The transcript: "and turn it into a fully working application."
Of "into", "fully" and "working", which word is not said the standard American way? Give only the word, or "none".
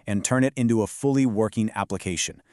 none